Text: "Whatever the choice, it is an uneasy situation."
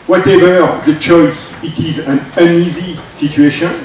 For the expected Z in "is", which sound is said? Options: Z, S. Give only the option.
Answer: Z